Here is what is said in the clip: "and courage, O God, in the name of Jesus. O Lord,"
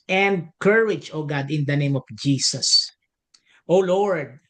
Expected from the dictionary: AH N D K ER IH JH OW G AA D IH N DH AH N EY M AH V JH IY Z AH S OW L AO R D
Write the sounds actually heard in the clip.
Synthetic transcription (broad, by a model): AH N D K ER IH JH OW G AA D IH N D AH N EY M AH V JH IY S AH S OW L AO R D